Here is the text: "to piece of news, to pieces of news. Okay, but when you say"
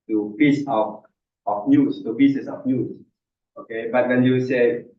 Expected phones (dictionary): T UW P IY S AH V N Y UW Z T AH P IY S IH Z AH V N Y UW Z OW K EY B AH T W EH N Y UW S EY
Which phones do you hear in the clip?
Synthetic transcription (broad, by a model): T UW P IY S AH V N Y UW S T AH B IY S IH S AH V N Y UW S OW K EY B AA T W EH N Y UW S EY